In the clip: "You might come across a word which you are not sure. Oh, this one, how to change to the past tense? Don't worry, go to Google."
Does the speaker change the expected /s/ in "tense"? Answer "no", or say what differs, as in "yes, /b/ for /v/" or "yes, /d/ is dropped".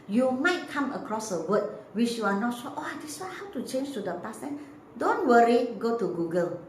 yes, /s/ is dropped